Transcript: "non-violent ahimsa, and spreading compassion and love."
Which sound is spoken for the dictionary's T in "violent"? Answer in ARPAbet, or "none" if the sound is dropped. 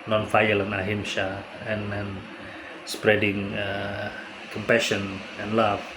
none